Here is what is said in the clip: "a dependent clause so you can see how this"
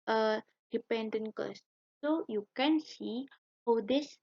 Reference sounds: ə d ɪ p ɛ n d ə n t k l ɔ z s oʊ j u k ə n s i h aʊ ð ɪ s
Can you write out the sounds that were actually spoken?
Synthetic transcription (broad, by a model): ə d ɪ p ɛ n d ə n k ɔ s s oʊ j u k ə n s i h aʊ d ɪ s